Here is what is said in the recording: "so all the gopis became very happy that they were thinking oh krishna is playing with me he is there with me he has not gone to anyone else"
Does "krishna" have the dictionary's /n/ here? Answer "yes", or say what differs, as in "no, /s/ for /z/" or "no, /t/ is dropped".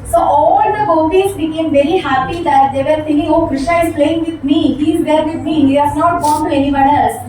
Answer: no, /n/ is dropped